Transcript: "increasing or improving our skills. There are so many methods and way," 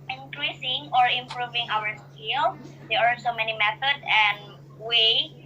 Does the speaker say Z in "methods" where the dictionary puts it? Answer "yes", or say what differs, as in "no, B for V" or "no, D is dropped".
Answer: no, Z is dropped